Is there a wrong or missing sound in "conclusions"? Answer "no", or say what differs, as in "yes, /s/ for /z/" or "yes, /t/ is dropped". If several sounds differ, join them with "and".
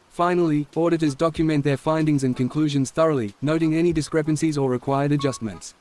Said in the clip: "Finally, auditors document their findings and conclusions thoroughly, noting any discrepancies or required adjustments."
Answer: no